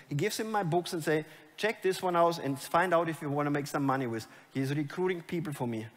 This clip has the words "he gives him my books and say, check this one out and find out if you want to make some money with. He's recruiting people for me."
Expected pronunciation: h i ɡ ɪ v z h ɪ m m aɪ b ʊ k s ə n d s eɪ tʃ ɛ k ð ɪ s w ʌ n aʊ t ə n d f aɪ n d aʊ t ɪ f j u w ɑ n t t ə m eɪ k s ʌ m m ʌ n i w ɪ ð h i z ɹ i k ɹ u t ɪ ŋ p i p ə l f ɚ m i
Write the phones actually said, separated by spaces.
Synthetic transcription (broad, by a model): h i ɡ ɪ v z h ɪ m m aɪ b ʊ k s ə n s eɪ tʃ ɛ k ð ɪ s w ʌ n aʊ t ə n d f aɪ n d aʊ t ɪ f j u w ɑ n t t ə m eɪ k s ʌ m m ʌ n i w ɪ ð h i z ɹ i k ɹ u t ɪ ŋ p i p ə l f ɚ m i